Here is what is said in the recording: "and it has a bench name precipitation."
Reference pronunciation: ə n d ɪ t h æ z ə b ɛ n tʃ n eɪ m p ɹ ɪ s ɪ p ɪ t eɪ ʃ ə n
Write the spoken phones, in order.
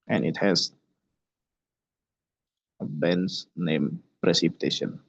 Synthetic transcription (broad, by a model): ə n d ɪ t h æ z ə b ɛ n s n eɪ m p ɹ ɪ s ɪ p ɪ t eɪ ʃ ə n